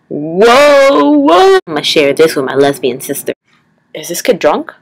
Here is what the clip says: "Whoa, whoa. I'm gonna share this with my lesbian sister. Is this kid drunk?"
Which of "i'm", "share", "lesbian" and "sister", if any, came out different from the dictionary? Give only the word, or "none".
none